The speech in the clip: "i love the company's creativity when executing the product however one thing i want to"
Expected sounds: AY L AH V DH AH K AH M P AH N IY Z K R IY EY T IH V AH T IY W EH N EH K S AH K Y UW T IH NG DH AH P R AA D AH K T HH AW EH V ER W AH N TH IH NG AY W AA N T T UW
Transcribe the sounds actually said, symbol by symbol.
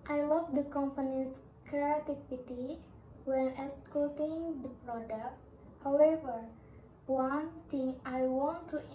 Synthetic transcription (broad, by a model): AY L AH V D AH K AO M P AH N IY S K R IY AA T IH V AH T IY W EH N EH S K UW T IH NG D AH P R AA D AH K T HH AW EH V ER W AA N T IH NG AY W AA N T T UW